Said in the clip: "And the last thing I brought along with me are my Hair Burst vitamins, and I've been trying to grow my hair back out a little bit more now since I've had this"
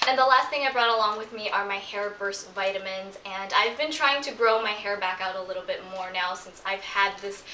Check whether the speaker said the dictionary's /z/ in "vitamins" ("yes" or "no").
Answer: yes